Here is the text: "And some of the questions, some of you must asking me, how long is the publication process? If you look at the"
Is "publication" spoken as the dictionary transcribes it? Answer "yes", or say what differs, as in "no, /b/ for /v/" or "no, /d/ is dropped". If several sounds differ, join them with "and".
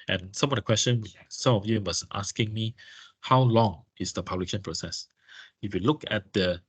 no, /k/ is dropped